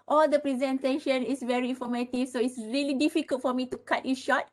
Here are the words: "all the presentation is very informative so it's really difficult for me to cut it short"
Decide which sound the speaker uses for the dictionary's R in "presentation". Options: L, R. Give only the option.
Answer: R